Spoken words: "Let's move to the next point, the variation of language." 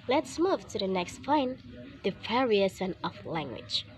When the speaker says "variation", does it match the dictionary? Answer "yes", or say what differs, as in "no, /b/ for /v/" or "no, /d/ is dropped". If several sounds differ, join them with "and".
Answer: no, /s/ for /ʃ/